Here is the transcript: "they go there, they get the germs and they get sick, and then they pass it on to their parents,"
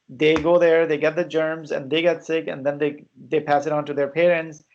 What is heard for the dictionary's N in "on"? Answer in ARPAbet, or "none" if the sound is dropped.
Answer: N